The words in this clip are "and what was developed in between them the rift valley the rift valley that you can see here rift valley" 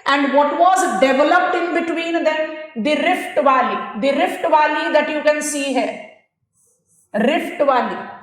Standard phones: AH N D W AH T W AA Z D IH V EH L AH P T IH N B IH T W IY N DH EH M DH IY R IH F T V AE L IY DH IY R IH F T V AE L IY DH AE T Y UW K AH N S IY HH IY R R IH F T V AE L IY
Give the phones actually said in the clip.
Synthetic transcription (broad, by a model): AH N D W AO T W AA Z D IH V EH L AH P T IH N B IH T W IY N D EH M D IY R IH F T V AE L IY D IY R IH F T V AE L IY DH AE T Y UW K AH N S IY HH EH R R IH F T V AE L IY